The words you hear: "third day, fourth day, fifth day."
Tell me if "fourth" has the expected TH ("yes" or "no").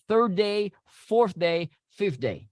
yes